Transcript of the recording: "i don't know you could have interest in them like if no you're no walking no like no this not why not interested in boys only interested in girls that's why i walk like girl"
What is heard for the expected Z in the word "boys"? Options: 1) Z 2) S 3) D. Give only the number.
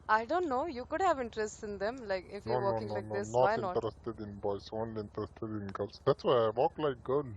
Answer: 2